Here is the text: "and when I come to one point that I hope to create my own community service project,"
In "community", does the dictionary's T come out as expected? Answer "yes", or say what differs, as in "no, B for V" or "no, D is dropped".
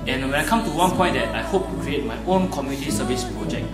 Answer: yes